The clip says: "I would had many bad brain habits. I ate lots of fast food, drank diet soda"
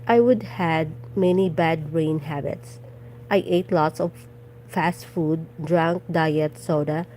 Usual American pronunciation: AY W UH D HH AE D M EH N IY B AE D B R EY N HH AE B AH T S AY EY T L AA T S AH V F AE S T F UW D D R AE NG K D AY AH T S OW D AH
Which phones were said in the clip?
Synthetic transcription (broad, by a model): AY W UH D HH AE D M EH N IY B AE D R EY N HH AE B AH T S AY EY T L AA T S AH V F AE S T F UW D D R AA NG K D AY AH T S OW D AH